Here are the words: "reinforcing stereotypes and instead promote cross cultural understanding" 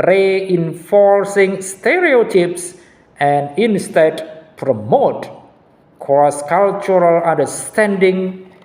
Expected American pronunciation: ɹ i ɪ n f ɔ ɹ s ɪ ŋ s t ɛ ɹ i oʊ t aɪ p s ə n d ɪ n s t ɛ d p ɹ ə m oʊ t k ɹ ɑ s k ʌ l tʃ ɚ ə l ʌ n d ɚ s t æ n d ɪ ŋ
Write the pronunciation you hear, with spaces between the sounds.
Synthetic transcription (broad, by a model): ɹ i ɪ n f ɔ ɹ s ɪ ŋ s t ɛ ɹ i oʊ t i p s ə n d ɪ n s t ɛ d p ɹ ə m oʊ t k ɑ s k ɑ l tʃ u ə l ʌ n d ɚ s t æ n d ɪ ŋ